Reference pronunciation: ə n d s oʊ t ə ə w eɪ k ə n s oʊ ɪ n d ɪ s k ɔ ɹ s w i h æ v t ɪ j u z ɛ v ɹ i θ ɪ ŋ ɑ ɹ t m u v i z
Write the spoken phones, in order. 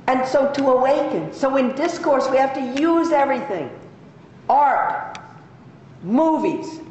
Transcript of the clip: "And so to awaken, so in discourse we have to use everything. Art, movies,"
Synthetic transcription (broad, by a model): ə n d s oʊ t ə ə w eɪ k ə n s oʊ ɪ n d ɪ s k ɔ ɹ s w i h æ f t ɪ j u z ɛ v ɹ i θ ɪ ŋ ɑ ɹ t m u v i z